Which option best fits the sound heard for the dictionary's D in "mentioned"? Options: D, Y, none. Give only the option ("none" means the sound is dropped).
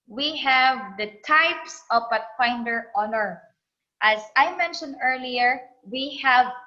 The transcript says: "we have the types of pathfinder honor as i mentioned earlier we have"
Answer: D